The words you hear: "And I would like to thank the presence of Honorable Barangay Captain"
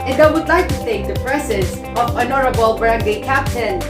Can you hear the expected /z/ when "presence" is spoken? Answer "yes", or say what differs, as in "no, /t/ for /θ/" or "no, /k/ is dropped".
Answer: no, /s/ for /z/